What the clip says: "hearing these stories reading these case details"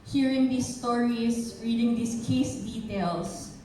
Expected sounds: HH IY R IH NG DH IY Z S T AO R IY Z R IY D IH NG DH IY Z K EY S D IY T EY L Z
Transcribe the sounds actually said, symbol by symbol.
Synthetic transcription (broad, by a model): HH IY R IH NG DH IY S T AO R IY S R IY D IH NG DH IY S K EY S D IY T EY L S